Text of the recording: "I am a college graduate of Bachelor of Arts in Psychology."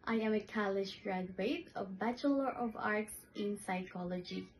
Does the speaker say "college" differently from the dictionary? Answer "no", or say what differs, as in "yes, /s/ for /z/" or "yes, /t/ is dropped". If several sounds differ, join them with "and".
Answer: yes, /ʃ/ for /dʒ/